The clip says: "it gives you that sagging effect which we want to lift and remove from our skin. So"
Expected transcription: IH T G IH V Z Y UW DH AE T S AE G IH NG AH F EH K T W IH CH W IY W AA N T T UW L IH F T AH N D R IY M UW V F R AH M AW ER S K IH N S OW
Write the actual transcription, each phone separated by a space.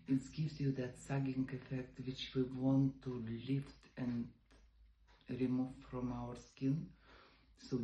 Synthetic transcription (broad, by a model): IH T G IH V S Y UW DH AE T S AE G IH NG AH F EH K T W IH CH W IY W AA N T T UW L IH F T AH N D R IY M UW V F R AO M AW ER S K IH N S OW